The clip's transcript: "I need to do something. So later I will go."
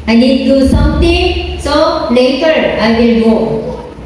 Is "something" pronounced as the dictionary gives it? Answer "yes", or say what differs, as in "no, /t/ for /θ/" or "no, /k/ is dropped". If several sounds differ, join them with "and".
no, /t/ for /θ/